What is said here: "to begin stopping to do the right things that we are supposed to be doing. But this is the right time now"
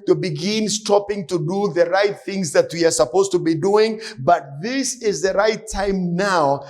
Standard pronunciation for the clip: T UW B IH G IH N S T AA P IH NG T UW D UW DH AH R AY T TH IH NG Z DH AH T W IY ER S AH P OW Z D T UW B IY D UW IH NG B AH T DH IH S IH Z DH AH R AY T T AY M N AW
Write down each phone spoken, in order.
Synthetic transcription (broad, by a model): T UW B IH G IH N S T AA P IH NG T UW D UW DH AH R AY T TH IH NG Z DH AH T W IY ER S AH P OW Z T UW B IY D UW IH NG B AH T DH IH S IH Z DH AH R AY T T AY M N AW